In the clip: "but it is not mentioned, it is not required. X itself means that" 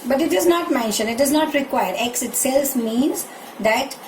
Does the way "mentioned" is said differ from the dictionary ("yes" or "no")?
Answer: yes